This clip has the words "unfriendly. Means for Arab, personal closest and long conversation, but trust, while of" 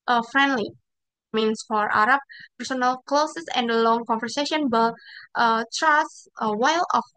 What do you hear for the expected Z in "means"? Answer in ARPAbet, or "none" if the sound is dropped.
S